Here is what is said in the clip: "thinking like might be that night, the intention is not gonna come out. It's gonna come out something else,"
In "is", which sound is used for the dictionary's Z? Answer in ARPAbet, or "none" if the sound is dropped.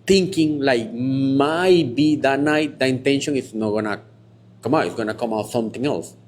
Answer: S